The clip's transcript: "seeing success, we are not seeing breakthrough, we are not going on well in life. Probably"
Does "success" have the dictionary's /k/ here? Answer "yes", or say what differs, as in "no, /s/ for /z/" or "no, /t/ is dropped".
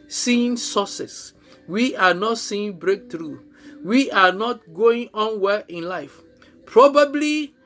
no, /k/ is dropped